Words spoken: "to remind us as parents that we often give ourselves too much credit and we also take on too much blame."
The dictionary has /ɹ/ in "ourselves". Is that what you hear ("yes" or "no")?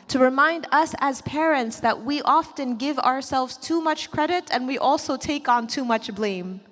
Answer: yes